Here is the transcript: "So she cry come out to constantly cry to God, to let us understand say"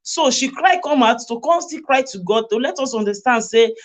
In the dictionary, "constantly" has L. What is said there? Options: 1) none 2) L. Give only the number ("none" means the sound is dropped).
1